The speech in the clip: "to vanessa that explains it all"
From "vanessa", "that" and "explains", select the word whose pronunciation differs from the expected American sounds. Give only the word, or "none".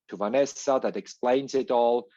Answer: none